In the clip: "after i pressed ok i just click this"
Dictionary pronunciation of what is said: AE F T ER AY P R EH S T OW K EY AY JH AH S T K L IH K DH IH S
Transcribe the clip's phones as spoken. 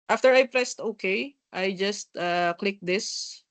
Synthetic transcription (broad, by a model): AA F T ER AY P R EH S T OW K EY AY JH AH S T K L IH K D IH S